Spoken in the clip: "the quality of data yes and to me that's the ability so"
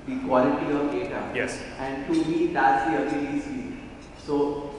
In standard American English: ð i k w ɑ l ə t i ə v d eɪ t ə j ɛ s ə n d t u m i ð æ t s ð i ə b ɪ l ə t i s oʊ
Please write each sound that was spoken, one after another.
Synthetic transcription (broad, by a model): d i k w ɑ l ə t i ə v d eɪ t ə j ɛ s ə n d t u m i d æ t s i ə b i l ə s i s oʊ